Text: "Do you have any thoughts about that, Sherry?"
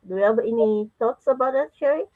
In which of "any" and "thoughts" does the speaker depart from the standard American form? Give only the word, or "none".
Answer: thoughts